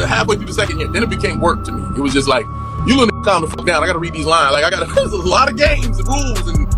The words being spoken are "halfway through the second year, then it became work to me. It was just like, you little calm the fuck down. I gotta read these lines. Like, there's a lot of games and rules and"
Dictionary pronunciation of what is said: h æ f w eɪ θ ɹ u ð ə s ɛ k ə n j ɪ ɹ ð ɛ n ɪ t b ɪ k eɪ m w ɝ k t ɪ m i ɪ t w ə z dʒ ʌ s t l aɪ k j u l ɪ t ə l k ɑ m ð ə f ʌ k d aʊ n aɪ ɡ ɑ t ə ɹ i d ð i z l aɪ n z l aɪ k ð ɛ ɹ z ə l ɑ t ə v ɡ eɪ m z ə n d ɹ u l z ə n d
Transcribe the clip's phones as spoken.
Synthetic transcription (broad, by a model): h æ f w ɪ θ u ð ə s ɛ k ə n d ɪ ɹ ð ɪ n ɪ t b ɪ k eɪ m w ɝ k t ɪ m i ɪ t w ə z dʒ ʌ s t l aɪ k j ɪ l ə n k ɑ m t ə f ʌ k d aʊ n aɪ ɡ ɑ t ə ɹ i d ð i z l aɪ n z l aɪ k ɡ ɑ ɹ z ə l ɑ t ə v ɡ eɪ m z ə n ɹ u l z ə n